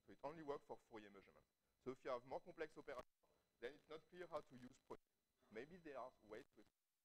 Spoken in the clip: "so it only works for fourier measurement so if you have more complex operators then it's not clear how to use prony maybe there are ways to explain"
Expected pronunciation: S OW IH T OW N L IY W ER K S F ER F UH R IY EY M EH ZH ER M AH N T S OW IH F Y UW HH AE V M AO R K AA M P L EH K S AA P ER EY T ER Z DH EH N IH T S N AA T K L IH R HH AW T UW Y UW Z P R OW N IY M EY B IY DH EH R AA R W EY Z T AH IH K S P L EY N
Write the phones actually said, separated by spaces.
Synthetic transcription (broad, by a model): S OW IH T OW N L IY W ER K F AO F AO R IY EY M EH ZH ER M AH N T S OW IH F Y UW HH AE V M AO R K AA P L EH K S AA P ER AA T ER DH EH N IH T S N AA T K L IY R HH AW T UW Y UW Z P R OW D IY M EY B IY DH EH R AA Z W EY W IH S